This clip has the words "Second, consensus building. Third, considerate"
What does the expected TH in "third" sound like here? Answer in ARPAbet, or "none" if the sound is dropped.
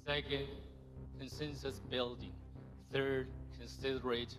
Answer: TH